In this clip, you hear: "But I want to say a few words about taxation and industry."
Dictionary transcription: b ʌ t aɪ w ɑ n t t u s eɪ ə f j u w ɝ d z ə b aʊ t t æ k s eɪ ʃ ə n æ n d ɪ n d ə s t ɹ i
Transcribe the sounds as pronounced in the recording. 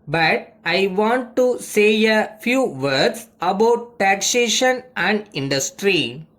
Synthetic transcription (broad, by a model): b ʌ t aɪ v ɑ n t t u s eɪ ə f j u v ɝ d s ə b aʊ t t æ k s eɪ ʃ ə n æ n d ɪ n d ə s t ɹ i